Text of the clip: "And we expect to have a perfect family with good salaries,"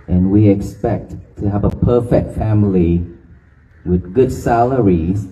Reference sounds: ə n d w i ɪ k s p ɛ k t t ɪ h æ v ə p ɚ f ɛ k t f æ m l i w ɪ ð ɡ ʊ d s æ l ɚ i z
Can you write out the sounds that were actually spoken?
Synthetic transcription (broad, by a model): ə n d w i ɪ k s p ɛ k t t ɪ h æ v ə p ɚ f ɛ k t f æ m l i w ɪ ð ɡ ʊ d s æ l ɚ i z